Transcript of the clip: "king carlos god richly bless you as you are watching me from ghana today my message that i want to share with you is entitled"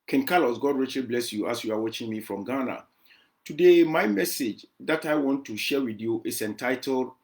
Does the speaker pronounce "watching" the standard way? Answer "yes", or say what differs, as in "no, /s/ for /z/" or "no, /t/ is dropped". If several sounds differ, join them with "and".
yes